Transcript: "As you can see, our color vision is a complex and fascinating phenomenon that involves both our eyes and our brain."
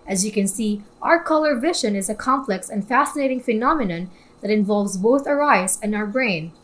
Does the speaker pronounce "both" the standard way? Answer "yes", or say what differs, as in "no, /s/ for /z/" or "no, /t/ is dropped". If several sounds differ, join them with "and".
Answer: yes